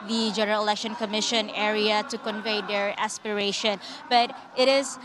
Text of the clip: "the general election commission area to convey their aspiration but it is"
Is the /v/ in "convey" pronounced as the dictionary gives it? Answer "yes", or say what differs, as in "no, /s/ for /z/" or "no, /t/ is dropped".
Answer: yes